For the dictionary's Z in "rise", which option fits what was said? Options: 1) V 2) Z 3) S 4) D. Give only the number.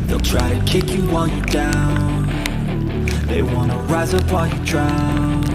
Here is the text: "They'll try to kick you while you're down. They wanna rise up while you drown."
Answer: 2